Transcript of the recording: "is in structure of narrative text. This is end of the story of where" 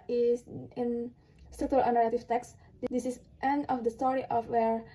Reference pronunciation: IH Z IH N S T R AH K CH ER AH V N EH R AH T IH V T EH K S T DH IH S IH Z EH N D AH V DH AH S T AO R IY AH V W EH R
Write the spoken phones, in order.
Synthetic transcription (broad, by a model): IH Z IH N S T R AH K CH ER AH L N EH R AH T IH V T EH K S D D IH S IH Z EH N AH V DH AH S T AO R IY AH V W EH R